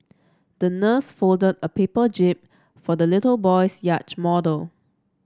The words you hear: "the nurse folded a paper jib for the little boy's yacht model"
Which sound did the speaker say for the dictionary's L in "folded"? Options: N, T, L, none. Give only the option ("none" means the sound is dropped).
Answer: L